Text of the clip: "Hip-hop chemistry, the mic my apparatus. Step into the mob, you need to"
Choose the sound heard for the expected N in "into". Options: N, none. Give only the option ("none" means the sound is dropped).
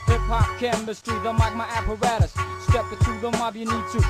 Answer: none